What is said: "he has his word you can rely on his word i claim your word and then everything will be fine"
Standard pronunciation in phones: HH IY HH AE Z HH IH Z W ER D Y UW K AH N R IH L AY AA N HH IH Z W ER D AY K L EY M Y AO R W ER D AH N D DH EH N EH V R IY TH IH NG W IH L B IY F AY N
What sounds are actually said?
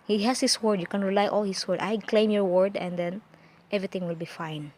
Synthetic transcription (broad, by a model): HH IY HH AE S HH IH S W ER D Y UW K AH N R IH L AY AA L HH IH S W ER D AY K L EY M Y AO R W ER D AH N D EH N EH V R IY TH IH NG W IH L B IY F AY N